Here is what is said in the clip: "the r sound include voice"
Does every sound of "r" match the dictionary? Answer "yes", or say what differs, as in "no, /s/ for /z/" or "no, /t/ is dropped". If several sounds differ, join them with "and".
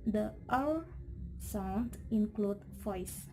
no, /l/ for /ɹ/